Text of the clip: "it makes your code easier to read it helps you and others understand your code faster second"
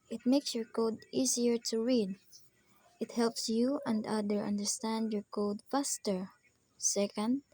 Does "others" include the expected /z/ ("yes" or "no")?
no